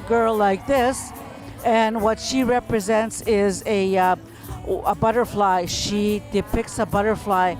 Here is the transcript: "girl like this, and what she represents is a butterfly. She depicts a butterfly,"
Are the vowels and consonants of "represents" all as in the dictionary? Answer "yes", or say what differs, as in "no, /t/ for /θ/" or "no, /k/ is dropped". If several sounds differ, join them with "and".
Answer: yes